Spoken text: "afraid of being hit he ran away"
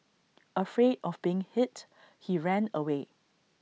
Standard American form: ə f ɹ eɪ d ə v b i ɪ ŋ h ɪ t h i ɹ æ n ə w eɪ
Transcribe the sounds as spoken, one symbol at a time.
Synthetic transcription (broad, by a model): ə f ɹ eɪ d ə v b i ɪ ŋ h ɪ t h i ɹ æ n ə w eɪ